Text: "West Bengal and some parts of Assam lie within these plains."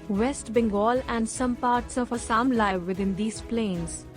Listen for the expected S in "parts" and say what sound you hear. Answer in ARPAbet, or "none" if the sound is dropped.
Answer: S